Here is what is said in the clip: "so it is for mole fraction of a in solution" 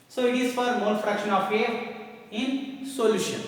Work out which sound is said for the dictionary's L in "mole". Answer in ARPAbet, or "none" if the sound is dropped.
N